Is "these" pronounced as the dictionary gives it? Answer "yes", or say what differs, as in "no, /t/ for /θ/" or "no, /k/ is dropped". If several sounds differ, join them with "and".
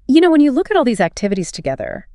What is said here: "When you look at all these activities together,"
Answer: yes